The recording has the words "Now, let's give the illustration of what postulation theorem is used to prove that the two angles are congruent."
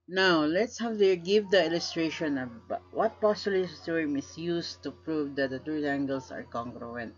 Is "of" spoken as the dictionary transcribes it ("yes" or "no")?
no